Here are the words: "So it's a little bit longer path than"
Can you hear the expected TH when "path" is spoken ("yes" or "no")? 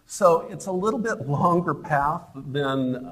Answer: yes